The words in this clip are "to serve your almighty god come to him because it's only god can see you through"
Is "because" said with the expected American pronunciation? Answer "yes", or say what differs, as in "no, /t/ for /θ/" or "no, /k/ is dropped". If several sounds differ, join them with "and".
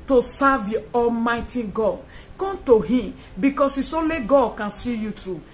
no, /s/ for /z/